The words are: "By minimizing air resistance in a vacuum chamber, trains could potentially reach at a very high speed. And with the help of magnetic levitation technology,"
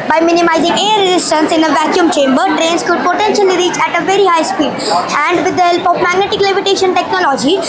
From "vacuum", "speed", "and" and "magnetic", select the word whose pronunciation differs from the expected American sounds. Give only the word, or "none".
none